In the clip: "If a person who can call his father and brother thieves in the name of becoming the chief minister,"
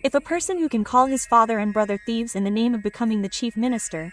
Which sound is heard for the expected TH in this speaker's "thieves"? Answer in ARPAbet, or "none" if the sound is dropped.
TH